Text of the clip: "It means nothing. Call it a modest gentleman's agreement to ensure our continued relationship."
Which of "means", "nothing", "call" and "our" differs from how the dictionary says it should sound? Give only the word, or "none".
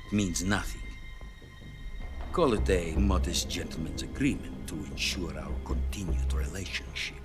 none